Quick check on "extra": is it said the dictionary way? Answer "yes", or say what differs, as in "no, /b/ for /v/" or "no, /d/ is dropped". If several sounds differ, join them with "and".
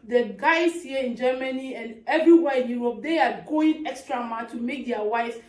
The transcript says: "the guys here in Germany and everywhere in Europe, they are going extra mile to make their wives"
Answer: yes